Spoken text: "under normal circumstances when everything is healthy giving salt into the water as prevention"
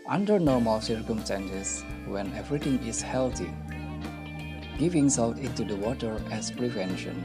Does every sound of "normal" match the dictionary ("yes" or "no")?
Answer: yes